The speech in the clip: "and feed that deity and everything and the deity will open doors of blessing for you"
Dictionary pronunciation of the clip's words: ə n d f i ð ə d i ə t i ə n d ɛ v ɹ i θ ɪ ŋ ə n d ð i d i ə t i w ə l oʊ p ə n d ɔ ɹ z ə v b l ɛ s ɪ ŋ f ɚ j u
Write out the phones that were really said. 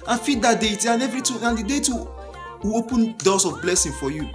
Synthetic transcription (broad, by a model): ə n f i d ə d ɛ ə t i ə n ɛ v ɹ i t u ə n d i d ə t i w oʊ p ə n d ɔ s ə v b l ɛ s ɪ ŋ f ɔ j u